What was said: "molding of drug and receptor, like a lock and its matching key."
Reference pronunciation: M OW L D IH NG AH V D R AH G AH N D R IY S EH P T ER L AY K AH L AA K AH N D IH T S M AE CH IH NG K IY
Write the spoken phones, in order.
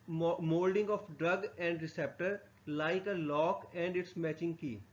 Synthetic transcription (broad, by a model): M OW L D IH NG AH F D R AH G AH N D R IY S EH P T ER L AY K AH L AA K AH N D IH T S M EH CH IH NG K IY